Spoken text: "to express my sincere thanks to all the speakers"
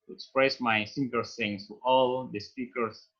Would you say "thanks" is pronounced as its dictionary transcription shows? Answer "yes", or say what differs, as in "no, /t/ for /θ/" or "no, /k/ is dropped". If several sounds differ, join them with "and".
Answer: no, /s/ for /θ/ and /k/ is dropped